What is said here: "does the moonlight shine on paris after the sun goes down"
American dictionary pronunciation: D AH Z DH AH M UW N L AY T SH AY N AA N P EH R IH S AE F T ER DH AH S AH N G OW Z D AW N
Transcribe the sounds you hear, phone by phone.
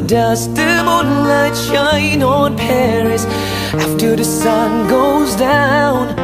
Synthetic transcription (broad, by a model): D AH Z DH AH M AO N L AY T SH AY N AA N P EH R IH S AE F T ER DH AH S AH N G OW Z D AW N